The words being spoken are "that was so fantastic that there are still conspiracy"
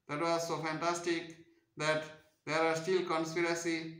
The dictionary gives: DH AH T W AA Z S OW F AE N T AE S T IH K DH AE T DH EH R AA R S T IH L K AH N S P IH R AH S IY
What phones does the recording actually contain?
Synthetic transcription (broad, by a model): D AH T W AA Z S OW F AE N T AE S T IH K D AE T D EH R AA R S T IH L K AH N S P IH R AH S IY